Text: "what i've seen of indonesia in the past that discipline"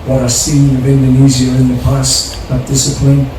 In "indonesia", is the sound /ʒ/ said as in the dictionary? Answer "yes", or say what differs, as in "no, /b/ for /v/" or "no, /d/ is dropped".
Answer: no, /z/ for /ʒ/